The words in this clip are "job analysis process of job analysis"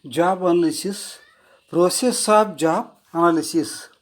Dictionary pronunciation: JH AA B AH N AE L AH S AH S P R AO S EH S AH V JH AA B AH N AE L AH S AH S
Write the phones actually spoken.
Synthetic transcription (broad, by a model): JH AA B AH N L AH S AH S P R AO S EH S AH P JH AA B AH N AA L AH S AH S